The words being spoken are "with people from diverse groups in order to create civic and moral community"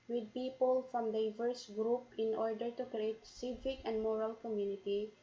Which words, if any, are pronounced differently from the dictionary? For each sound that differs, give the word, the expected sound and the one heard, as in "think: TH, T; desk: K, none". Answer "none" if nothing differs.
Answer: groups: S, none